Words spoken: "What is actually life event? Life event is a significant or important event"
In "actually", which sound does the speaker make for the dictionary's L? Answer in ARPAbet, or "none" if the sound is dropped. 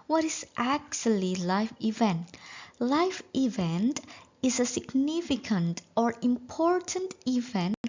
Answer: L